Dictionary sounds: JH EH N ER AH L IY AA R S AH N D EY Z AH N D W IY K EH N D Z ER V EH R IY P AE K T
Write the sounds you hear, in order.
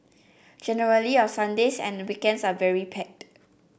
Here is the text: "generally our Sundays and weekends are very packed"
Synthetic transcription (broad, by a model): JH EH N ER AH L IY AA S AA N D EY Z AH N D W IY K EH N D S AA V EH R IY P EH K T